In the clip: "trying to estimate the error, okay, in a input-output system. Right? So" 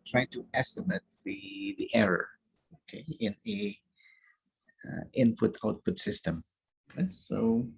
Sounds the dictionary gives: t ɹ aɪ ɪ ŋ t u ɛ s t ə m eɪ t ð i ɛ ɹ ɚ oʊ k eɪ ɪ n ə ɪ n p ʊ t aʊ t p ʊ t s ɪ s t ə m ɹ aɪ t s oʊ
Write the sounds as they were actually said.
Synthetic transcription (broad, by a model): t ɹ aɪ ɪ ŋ t u ɛ s t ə m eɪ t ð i ɛ ɹ ɚ oʊ k eɪ ɪ n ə ɪ n p ʊ t aʊ t p ʊ t s ɪ s t ə m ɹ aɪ s oʊ